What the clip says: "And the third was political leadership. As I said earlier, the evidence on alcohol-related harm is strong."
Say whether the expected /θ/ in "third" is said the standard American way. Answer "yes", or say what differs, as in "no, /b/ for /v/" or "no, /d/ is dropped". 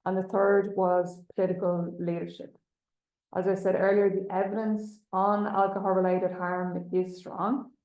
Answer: yes